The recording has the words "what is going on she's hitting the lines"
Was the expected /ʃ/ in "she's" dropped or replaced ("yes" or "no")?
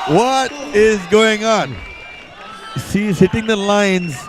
yes